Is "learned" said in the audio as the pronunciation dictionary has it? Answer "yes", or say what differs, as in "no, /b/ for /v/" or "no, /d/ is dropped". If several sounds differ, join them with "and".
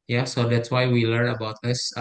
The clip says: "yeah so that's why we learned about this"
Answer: no, /d/ is dropped